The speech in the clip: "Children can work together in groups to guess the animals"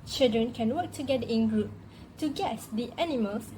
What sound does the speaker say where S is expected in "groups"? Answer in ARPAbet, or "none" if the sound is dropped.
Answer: none